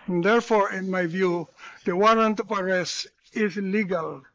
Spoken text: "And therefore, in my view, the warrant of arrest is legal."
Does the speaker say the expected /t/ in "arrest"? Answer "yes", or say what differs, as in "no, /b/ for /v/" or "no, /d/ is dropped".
no, /t/ is dropped